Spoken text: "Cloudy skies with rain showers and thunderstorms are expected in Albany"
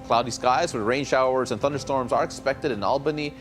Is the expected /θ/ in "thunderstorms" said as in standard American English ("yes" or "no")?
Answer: yes